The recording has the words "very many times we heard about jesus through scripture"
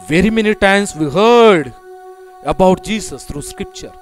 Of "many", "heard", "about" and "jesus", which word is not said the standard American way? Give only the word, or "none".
jesus